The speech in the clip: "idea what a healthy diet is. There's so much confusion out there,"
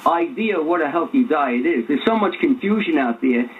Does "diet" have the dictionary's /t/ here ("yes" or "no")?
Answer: yes